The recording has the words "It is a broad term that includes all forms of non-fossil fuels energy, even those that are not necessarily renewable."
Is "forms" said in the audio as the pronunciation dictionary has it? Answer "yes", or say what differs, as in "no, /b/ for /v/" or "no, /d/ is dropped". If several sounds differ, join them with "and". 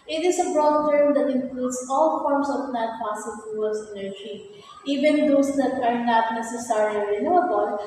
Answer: no, /s/ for /z/